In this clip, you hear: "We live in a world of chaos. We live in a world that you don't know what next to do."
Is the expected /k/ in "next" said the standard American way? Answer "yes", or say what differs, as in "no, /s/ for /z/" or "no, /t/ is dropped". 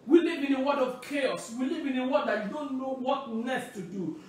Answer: no, /k/ is dropped